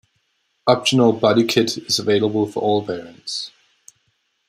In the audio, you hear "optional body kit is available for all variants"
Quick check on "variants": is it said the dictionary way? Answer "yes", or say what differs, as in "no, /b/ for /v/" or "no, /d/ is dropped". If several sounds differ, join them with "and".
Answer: no, /p/ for /v/